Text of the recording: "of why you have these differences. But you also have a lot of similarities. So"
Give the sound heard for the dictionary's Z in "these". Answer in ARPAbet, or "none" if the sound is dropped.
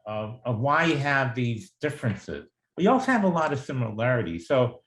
Z